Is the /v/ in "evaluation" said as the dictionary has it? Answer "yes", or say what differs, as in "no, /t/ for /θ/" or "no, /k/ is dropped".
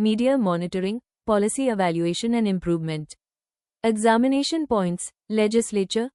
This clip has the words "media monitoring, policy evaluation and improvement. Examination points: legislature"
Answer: yes